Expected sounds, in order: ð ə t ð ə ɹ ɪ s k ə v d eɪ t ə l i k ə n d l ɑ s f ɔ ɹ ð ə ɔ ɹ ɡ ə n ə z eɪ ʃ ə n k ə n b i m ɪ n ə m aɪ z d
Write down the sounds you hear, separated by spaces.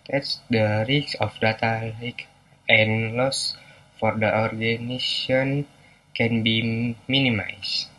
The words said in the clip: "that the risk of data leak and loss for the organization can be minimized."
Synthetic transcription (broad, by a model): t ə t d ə ɹ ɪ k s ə f d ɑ t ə l i k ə n l ɑ s f ɔ ɹ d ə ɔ ɹ ɡ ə n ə s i ə n k ə n b i m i n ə m aɪ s